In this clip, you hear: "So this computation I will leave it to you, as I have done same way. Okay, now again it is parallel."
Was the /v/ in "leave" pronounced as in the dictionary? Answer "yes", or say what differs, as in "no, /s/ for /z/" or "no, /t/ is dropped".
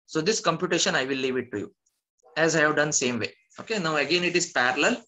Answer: yes